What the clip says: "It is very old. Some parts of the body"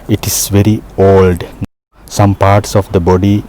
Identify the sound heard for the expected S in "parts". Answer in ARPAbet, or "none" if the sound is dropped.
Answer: S